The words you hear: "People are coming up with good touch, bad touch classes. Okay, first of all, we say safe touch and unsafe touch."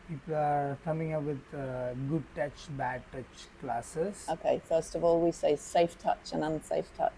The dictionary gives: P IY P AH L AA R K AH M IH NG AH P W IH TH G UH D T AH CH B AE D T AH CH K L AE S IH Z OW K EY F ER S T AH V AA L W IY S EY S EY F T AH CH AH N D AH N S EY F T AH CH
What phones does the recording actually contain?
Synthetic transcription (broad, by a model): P IY P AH L AA R K AH M IH NG AH P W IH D G UH D T AH CH B AE D T AH CH K L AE S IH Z OW K EY F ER S T AH V AA L W IY S EY S EY F T AH CH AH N AH N S EY F T AH CH